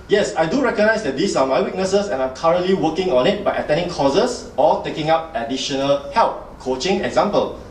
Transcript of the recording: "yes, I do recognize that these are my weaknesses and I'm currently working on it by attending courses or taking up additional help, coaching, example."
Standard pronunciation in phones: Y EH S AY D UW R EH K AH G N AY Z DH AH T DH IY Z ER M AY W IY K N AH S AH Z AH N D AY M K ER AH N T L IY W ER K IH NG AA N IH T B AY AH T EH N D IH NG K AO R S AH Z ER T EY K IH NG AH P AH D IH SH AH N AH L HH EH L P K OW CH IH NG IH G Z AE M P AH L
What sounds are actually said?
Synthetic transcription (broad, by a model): Y EH S AY D UW R EH K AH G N AY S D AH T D IY S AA M AY W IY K N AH S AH S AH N AY M K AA AH N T L IY W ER K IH NG AA N IH T B AY AH T EH N D IH NG K AO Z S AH S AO T EY K IH NG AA P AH D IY SH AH N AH L HH EH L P K OW CH IH NG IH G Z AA M P AH L